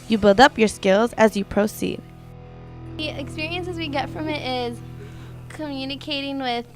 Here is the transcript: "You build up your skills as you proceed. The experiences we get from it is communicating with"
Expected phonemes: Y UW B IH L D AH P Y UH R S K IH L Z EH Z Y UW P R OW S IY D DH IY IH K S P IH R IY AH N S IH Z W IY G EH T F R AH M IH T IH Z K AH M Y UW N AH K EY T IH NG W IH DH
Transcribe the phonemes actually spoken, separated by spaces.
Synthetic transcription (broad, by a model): Y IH B IH L D AH P Y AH R S K IH L Z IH Z Y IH P R OW S IY D DH IY IH K S P IH R IY AH N S IH Z W IY G EH T F R AH M IH T IH Z K AH M Y UW N AH K EY T IH NG W IH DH